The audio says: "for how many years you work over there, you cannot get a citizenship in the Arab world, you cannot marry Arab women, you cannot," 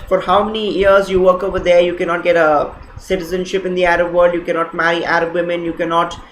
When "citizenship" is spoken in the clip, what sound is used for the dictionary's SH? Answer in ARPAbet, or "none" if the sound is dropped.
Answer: SH